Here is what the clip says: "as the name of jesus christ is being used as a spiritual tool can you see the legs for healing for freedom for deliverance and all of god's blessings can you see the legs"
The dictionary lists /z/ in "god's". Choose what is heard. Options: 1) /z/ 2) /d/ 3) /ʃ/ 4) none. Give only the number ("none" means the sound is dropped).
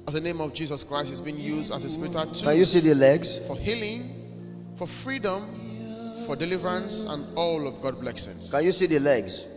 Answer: 4